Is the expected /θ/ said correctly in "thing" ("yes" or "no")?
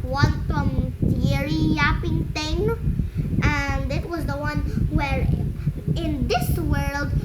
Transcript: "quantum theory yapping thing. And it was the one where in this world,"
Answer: no